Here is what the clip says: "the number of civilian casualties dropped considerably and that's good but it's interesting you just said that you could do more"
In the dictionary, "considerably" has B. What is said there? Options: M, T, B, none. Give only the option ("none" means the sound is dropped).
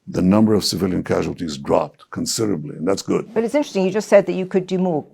B